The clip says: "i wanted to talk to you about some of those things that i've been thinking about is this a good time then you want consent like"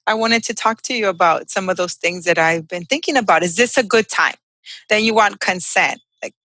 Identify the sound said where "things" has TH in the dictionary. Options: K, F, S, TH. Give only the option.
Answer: TH